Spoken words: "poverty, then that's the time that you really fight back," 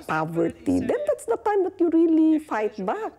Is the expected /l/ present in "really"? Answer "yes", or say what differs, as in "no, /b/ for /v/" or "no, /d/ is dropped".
yes